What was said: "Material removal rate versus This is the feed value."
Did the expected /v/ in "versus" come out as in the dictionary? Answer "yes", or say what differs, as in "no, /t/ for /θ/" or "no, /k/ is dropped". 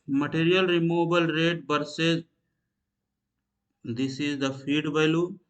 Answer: no, /b/ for /v/